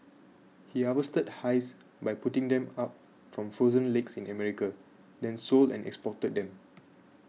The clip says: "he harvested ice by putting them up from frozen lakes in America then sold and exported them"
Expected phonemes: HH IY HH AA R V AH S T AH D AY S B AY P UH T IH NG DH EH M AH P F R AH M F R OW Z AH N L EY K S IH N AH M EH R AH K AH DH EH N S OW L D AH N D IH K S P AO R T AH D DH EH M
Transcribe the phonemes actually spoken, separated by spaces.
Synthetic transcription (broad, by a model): HH IY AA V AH S T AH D AY S B AY P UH T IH NG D EH M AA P F R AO M F R OW Z AH N L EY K S IH N AH M EH R AH K AH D EH N S OW L D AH N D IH K S P AO T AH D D EH M